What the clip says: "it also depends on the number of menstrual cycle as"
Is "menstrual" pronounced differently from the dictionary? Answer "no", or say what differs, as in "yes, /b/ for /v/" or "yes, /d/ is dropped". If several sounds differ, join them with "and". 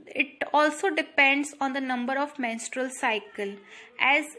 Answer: no